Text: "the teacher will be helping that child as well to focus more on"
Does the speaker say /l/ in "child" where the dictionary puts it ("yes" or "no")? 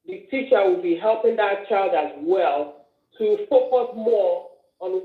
yes